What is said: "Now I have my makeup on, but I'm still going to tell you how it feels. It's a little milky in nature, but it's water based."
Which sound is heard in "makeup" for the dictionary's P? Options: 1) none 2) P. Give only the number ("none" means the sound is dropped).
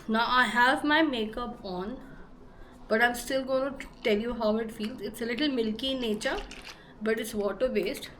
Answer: 2